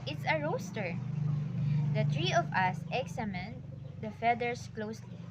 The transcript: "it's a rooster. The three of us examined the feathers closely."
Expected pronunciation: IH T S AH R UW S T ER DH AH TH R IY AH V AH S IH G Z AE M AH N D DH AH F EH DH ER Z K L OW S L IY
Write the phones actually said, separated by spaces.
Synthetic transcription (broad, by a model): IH T S AH R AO S T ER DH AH T R IY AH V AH S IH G S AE M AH N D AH F EH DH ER S K L OW S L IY